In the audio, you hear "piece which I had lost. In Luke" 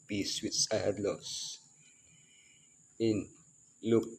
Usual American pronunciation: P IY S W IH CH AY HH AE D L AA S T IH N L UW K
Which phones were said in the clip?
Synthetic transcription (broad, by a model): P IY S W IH S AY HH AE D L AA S IH N L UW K